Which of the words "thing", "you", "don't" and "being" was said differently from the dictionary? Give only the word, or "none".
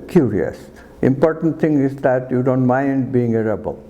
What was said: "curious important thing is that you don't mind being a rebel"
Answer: thing